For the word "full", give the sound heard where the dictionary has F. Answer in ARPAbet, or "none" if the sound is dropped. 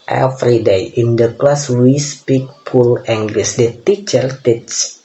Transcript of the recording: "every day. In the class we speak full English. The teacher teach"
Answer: P